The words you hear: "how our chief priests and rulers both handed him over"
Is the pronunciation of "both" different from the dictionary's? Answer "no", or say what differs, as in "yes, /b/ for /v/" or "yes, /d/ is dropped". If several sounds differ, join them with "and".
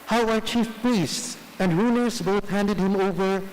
no